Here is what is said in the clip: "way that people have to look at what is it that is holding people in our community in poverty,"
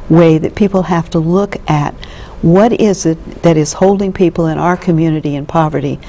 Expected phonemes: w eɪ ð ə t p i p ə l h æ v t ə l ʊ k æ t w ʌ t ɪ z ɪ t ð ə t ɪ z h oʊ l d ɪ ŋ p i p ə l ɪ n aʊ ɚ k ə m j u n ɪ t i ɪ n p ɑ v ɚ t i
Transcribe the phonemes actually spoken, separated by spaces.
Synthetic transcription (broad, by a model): w eɪ ð ə t p i p l h æ f t ə l ʊ k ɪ t w ʌ t ɪ z ɪ t ð ə t ɪ z h oʊ l d ɪ ŋ p i p l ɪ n aʊ ɚ k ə m j u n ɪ t i ɪ n p ɑ v ɚ t i